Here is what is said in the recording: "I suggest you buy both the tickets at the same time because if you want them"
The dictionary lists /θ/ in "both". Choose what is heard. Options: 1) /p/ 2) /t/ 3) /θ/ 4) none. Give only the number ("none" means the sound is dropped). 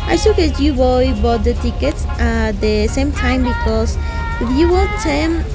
2